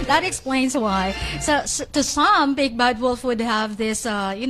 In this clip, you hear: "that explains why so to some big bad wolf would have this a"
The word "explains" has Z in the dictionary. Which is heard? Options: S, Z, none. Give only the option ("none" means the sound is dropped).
Z